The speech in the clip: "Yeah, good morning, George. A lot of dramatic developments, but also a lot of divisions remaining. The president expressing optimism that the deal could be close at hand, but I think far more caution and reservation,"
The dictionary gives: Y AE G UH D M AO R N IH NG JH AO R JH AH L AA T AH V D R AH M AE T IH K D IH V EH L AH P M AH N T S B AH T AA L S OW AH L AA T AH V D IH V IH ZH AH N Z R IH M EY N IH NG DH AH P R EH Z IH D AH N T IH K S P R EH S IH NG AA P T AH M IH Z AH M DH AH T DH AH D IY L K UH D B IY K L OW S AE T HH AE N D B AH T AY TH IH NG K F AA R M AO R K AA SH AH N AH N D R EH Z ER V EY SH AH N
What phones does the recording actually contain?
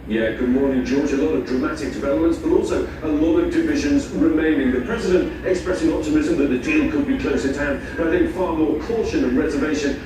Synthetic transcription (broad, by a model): Y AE G UH D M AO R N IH JH AO R JH AH L AA T AH V D R AH M AE T IH K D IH V EH L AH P M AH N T S B AH T AA L S OW AH L AA T AH V D IH V IH ZH AH N Z R IH M EY N IH NG DH AH P R EH Z IH D AH N T IH K S P R EH S IH NG AA P T AH M IH Z AH M DH AH T DH AH D IY L K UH D B IY K L OW S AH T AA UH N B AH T AY TH IH NG K F AA R M AO R K AA SH AH N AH N R EH Z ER V EY SH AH N